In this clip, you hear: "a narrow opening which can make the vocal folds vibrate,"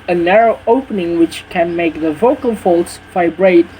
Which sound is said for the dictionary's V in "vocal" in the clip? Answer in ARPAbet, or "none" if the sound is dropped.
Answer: V